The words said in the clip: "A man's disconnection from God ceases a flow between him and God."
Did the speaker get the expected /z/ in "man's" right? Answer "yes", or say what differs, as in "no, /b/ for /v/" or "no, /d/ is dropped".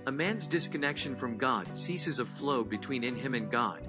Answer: yes